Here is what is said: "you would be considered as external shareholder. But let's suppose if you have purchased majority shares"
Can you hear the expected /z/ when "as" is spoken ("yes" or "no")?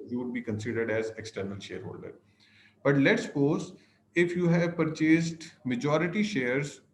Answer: yes